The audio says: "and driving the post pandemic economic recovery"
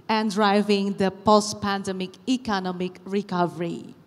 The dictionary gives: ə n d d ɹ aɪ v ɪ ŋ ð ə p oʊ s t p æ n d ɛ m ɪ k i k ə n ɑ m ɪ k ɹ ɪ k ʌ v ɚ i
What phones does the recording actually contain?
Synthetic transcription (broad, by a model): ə n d d ɹ aɪ v ɪ ŋ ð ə p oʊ s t p æ n d ɛ m ɪ k i k ə n ɑ m ɪ k ɹ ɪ k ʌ v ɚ i